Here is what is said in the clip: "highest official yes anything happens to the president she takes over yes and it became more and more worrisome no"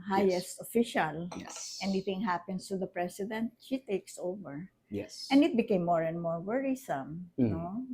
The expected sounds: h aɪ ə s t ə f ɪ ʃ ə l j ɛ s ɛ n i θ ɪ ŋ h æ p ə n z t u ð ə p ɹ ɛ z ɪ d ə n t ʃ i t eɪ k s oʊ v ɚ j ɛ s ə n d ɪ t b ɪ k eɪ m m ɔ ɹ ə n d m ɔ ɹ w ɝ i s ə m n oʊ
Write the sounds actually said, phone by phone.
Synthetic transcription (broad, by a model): h aɪ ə s t ə f ɪ ʃ ə l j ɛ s ɛ n i θ ɪ ŋ h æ p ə n s t u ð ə p ɹ ɛ s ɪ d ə n t ʃ i t eɪ k s oʊ v ɚ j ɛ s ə n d ɪ t b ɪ k eɪ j m ɔ ɹ ə n d m ɔ ɹ w ɝ i s ə m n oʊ